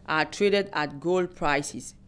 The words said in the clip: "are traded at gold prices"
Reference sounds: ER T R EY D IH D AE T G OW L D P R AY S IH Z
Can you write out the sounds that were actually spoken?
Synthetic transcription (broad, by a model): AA T R EY D IH D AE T G OW L D P R AY S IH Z